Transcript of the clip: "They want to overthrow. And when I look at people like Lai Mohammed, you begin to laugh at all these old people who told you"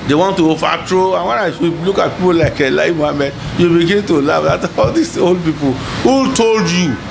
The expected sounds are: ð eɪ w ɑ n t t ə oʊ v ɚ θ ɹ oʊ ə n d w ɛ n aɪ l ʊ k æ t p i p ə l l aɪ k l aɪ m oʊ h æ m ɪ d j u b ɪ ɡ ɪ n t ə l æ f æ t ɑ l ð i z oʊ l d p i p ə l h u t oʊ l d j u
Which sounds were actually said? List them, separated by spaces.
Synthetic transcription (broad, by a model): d eɪ w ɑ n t t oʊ f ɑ t ɹ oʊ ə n w ɛ n aɪ l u k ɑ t p i p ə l l aɪ k l aɪ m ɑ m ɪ j u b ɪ ɡ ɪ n t ə l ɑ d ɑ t ɑ l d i s oʊ l d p i p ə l h u t oʊ l d j u